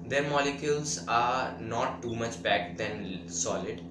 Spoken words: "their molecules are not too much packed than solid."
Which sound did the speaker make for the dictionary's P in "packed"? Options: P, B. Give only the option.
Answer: B